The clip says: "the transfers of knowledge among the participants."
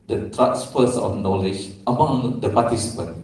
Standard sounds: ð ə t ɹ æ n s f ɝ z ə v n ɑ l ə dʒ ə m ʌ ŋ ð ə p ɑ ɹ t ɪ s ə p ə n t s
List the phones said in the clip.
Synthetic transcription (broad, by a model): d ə t ɹ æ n s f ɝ s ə f n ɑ l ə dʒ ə m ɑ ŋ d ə p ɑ t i s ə p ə n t